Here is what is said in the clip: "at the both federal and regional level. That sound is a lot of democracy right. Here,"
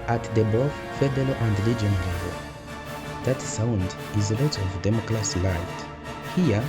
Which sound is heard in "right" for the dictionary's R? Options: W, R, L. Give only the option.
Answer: L